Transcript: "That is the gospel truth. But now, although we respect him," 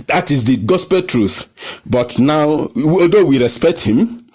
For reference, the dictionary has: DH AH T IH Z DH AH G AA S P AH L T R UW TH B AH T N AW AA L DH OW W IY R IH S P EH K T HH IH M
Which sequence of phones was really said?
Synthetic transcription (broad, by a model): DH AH T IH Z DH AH G AA S P AH L T R UW TH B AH T N AW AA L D OW W IY R IH S P EH K T HH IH M